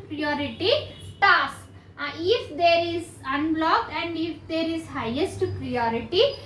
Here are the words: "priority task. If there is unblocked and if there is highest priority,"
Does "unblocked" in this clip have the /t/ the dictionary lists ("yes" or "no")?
no